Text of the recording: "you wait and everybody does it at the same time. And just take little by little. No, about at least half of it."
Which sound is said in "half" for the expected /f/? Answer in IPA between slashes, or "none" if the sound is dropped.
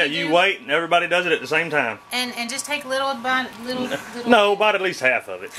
/f/